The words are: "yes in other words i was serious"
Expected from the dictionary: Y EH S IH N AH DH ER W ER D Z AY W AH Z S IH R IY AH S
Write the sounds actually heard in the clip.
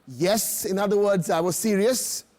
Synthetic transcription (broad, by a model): Y EH S IH N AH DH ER W ER D Z AY W AH Z S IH R IY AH S